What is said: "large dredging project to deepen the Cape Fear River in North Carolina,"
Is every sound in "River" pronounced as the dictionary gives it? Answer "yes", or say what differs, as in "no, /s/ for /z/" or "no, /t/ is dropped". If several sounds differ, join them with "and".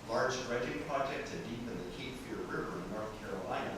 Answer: yes